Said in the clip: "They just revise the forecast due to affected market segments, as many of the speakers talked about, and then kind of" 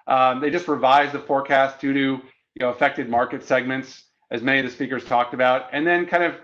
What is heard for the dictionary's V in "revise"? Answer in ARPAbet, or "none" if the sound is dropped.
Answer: V